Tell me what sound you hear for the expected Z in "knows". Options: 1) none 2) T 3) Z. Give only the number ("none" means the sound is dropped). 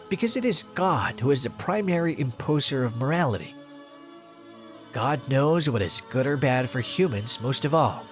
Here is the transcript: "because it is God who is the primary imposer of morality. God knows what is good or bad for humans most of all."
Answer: 3